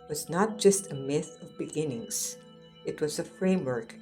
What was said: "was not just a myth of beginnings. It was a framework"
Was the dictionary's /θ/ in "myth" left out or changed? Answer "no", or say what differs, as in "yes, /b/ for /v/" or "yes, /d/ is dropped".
no